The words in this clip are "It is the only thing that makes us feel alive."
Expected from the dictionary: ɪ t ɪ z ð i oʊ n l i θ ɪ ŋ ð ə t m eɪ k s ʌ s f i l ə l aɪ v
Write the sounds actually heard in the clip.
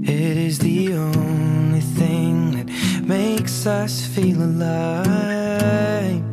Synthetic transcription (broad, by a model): ɪ t ɪ z ð i oʊ n l i θ ɪ ŋ ð ə t m eɪ k s ʌ s f i l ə l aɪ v